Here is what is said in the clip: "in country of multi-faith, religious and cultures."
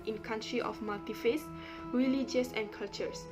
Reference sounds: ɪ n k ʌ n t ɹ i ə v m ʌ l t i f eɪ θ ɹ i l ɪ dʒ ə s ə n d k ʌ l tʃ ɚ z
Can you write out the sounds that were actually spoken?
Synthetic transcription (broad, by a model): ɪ n k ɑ n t ɹ i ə f m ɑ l t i f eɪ s ɹ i l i dʒ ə s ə n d k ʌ l tʃ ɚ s